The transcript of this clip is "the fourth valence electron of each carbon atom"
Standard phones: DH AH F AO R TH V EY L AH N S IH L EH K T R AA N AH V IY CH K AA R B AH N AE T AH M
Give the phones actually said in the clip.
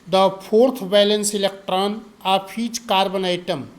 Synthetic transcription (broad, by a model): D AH P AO R T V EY L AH N S IH L EH K T R AA N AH P IY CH K AA R B AH N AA T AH M